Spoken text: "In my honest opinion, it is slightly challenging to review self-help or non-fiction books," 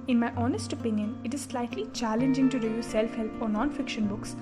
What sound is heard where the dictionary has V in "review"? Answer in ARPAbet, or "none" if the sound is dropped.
none